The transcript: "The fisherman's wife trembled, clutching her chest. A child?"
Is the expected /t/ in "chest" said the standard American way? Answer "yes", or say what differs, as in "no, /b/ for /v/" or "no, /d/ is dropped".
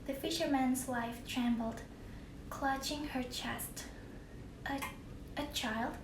yes